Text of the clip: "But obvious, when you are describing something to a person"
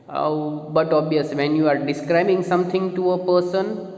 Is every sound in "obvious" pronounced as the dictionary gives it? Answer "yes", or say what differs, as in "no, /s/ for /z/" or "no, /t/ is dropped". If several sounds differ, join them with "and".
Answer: no, /v/ is dropped